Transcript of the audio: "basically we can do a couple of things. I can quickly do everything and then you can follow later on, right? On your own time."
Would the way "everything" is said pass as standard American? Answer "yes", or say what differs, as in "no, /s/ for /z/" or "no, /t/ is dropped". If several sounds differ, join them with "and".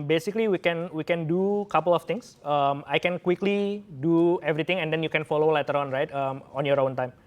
no, /t/ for /θ/